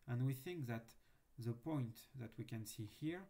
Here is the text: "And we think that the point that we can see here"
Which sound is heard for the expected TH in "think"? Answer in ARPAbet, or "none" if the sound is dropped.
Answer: TH